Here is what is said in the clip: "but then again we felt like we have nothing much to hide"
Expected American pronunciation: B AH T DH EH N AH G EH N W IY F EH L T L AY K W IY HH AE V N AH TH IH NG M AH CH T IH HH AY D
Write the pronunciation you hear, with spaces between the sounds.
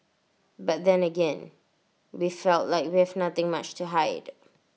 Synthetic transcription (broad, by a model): B AH T DH EH N AH G EH N W IY F EH L T L AY K W IY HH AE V N AH TH IH NG M AH CH T IH HH AY D